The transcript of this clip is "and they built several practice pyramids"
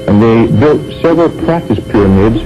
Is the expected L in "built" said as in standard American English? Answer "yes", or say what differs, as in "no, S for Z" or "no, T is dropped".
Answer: yes